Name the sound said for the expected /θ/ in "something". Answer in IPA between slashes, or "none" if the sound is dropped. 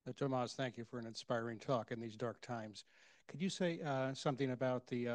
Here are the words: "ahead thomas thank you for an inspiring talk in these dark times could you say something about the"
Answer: /θ/